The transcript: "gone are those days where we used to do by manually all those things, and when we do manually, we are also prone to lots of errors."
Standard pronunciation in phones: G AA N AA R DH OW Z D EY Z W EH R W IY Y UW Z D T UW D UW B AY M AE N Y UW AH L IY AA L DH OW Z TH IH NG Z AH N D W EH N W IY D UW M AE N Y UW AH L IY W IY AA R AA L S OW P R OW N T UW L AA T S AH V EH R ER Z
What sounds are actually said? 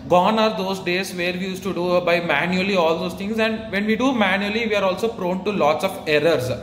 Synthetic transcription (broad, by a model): G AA N AA R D OW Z D EY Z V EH R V IY Y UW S T UW D UW B AY M AE N Y UW AH L IY AA L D OW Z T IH NG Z AH N D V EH N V IY D UW M AE N Y UW AH L IY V IY AA R AA L S OW P R OW N T UW L AA T S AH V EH R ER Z